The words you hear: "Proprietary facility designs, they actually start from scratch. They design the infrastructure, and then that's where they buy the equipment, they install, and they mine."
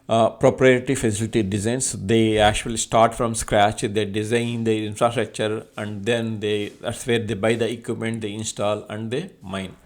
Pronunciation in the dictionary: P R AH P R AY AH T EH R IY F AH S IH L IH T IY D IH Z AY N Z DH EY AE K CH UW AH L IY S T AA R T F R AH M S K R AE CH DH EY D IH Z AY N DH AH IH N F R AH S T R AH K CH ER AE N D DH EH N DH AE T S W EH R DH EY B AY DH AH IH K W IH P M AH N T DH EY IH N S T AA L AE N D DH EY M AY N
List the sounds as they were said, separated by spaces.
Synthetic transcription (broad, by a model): P R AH P R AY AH T IY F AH S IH L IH T IY D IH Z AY N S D EY AE K CH UW AH L IY S T AA R T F R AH M S K R AE CH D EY D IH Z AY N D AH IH N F R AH S T R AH K CH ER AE N D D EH N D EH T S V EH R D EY B AY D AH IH K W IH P M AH N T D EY IH N S T AA L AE N D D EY M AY N